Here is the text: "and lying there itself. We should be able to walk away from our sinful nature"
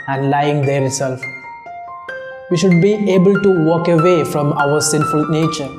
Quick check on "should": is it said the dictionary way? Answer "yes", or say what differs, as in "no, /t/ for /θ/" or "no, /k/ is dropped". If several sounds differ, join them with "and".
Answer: yes